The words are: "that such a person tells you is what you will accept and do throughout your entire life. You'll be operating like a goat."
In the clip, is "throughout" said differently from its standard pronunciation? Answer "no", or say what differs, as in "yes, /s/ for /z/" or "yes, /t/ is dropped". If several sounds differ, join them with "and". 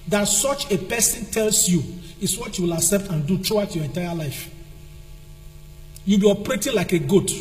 yes, /t/ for /θ/